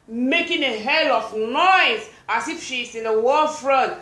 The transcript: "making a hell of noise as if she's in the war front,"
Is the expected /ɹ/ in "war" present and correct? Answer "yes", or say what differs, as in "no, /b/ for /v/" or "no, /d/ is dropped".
no, /l/ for /ɹ/